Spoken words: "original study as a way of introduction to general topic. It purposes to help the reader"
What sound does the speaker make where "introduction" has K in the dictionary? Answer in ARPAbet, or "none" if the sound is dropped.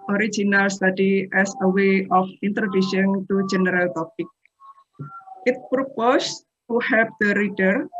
none